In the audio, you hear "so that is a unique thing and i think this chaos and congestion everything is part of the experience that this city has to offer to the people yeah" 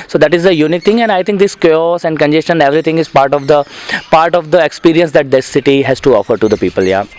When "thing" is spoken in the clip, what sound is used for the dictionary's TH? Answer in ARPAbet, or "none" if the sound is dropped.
T